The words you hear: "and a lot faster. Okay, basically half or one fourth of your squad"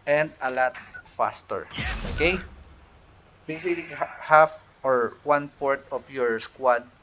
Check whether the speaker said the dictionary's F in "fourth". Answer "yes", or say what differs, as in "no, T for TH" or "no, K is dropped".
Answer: no, P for F